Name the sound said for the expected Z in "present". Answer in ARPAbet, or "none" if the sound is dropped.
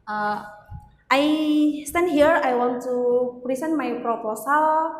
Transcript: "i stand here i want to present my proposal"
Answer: S